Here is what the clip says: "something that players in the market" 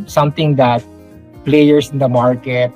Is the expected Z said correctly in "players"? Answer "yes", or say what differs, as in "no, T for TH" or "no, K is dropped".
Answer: no, S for Z